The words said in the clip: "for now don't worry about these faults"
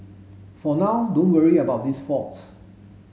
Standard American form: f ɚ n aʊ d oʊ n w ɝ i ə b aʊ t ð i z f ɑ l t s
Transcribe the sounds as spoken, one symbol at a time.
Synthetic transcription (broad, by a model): f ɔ n aʊ d oʊ n w ɝ i ə b aʊ t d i s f ɑ t s